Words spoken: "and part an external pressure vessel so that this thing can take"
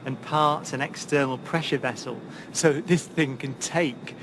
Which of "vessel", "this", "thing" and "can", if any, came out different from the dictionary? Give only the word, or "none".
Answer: none